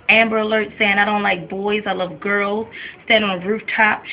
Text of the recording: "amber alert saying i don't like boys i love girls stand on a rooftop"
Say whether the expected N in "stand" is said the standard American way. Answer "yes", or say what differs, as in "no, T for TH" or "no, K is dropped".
no, N is dropped